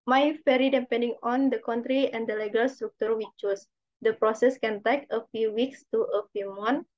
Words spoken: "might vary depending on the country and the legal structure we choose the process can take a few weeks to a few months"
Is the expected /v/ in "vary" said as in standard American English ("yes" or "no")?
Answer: no